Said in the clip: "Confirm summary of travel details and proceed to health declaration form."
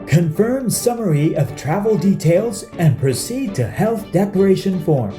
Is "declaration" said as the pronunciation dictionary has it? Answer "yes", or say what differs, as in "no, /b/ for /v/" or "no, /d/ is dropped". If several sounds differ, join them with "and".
no, /l/ is dropped